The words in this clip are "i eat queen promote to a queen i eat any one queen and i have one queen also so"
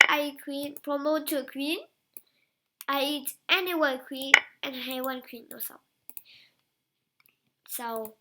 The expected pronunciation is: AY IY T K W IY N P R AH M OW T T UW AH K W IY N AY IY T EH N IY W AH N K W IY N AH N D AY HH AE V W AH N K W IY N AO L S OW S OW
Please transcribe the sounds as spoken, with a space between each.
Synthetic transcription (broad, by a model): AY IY K W IY N P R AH M OW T T UW AH K W IY N AY IY T EH N IY W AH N K W IY N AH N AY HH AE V W AH N K W IY N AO S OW S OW